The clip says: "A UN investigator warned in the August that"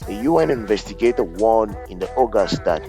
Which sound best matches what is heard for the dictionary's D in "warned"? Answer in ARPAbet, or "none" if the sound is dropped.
none